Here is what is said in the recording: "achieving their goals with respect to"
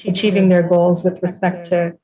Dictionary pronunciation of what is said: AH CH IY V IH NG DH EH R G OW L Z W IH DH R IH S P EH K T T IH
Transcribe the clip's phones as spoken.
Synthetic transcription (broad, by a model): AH CH IY V IH NG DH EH R G OW L Z W IH DH R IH S P EH K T T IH